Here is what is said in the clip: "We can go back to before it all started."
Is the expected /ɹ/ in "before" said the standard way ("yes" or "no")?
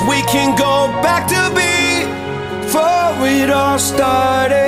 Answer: no